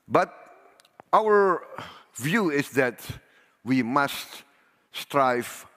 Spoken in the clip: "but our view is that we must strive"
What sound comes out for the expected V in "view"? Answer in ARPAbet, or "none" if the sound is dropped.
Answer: V